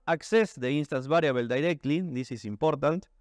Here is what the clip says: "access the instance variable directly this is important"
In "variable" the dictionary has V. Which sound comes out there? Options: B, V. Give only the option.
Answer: B